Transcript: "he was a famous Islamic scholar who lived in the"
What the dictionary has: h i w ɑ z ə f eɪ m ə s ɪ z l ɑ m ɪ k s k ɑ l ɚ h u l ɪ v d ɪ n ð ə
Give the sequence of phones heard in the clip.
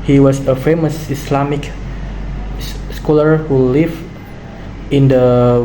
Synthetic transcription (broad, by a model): h i w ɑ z ə f eɪ m ə s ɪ s l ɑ m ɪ k s k ɑ l ɚ h u l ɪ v ɪ n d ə